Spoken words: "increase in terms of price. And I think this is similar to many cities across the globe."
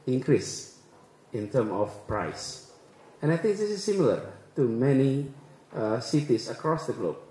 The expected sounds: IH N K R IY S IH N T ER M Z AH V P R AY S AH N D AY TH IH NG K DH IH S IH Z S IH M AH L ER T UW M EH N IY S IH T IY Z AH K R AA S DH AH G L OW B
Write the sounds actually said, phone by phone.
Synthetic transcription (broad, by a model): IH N K R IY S IH N T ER M AH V P R AY S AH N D AY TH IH NG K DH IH S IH S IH M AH L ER T UW M EH N IY S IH T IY S AH K R AA S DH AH G L OW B